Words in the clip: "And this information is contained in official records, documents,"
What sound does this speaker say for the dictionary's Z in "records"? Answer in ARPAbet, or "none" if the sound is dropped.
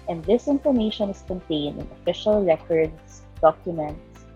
S